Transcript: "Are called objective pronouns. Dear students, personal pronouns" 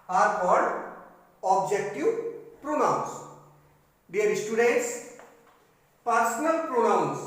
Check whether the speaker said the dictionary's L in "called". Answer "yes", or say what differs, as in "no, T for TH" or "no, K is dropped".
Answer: no, L is dropped